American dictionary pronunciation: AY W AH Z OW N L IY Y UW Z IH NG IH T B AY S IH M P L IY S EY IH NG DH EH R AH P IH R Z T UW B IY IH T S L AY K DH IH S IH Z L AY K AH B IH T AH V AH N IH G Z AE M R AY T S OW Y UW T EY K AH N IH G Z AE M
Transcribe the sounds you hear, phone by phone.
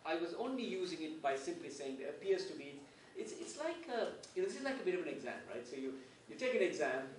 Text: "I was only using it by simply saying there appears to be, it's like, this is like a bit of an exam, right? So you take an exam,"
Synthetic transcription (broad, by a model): AY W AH Z OW N L IY Y UW Z IH NG IH T B AY S IH M P L IY S EY IH NG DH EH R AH P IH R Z T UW B IY IH T S L AY K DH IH S IH Z L AY K AH B IH T AH V AH N IH G Z AE M R AY T S OW Y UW T EY K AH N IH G Z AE M